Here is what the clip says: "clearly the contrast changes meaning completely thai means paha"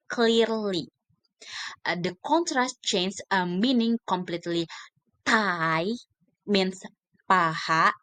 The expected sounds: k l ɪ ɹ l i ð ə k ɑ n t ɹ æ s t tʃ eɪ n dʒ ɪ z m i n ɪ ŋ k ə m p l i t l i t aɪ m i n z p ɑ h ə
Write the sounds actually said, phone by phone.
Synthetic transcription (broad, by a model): k l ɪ ɹ l i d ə k ɑ n t ɹ æ s t tʃ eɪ n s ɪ m i n ɪ ŋ k ə m p l i t l i t aɪ m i n s p ɑ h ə